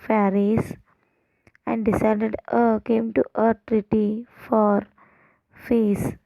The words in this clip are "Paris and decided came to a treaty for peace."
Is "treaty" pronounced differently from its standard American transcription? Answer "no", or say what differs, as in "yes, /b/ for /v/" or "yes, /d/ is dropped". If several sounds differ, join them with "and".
no